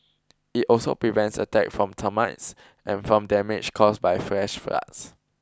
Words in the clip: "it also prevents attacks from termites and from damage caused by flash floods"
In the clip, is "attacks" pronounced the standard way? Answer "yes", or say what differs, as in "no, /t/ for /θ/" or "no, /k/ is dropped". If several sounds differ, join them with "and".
no, /s/ is dropped